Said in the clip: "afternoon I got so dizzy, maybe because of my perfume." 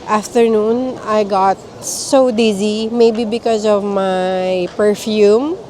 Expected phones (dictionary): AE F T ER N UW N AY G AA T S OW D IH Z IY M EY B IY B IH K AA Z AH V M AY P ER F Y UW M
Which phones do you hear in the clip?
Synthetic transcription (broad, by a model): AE F T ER N UW N AY G AA T S OW D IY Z IY M EY B IY B IH K AA Z AH V M AY P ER F Y UW M